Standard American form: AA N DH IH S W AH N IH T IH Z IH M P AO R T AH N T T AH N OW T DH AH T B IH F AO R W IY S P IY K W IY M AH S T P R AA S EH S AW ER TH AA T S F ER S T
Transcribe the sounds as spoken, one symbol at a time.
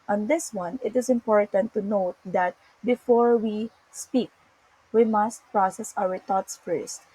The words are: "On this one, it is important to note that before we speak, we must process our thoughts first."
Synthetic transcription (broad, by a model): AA N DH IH S W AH N IH T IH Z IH M P AO R T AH N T T AH N OW T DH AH T B IH F AO R W IY S P IY K W IY M AH S T P R AA S EH S AW ER T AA T S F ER S T